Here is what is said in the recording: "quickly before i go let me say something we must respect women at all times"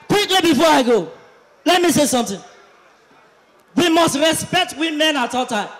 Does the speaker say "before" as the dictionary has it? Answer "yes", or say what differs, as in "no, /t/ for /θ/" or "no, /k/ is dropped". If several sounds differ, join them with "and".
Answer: yes